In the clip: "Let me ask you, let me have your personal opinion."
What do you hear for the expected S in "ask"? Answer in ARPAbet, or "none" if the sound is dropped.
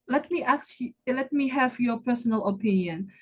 none